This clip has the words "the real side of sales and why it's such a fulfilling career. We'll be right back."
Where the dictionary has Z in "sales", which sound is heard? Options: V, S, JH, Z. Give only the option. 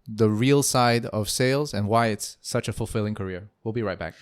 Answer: Z